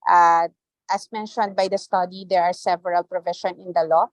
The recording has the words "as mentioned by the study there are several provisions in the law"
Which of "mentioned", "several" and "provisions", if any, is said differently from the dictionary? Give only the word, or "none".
provisions